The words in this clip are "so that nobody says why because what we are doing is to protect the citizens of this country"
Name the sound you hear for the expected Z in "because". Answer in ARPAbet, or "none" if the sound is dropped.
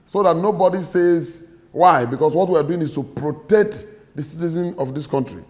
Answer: S